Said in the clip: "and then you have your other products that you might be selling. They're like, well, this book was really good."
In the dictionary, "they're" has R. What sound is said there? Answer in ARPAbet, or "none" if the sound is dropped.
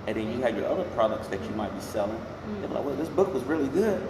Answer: W